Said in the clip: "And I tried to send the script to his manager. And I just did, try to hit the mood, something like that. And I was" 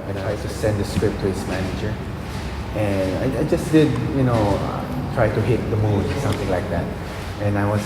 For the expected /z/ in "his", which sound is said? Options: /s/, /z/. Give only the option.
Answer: /s/